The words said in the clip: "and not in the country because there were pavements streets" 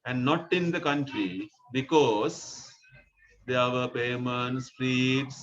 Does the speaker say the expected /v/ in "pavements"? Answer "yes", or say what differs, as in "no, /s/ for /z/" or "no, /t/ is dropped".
no, /v/ is dropped